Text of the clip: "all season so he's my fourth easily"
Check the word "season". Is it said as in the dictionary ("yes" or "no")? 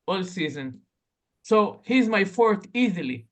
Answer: yes